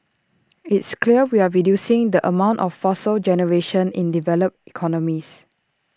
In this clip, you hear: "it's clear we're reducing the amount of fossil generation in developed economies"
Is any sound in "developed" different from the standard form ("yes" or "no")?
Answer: yes